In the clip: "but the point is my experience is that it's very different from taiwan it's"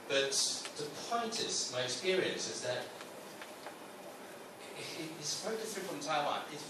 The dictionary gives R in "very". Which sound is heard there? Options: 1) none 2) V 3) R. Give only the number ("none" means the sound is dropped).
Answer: 1